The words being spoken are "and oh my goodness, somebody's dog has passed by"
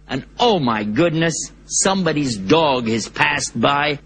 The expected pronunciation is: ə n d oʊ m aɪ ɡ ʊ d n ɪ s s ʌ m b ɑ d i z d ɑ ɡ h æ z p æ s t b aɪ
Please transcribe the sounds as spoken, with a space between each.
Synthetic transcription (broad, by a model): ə n oʊ m aɪ ɡ ʊ d n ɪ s s ʌ m b ɑ d i z d ɑ ɡ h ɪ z p æ s t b aɪ